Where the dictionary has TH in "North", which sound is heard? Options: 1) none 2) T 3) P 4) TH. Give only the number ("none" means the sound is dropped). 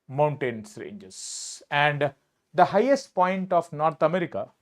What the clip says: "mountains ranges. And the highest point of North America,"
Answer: 2